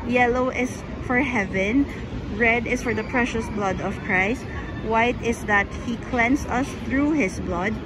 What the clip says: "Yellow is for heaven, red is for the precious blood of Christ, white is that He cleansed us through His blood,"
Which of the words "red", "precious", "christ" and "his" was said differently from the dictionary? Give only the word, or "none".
his